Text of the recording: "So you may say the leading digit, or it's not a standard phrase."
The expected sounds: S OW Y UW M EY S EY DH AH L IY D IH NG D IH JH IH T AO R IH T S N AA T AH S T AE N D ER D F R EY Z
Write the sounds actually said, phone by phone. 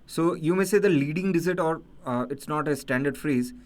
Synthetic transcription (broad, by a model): S OW Y UW M EY S EY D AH L IY D IH NG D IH Z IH T AO R IH T S N AA T AH S T AE N D ER D F R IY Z